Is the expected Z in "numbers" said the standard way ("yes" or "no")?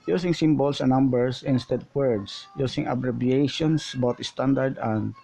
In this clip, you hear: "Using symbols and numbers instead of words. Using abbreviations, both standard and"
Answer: no